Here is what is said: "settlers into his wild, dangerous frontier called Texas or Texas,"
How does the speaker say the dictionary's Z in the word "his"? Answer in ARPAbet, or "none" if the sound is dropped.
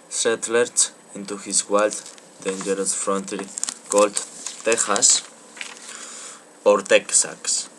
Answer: S